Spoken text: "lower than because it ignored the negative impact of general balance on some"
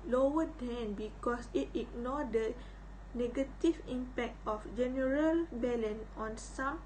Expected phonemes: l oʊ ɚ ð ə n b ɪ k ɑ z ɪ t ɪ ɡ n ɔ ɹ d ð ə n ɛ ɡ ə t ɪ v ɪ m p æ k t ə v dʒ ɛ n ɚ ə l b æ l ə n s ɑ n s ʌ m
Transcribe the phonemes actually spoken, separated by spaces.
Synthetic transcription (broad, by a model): l oʊ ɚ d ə n b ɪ k ɑ s ɪ t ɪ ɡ n ɔ d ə n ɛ ɡ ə t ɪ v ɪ m p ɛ k t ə f dʒ ɛ n ɚ ə l b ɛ l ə n ɑ n s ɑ m